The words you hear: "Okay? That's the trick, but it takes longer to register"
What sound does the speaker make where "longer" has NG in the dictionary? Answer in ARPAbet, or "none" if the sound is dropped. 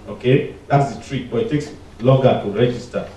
none